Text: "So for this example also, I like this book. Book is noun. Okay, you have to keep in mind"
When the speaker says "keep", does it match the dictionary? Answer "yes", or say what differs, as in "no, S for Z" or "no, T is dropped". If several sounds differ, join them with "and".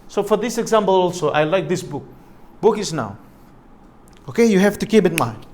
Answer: no, B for P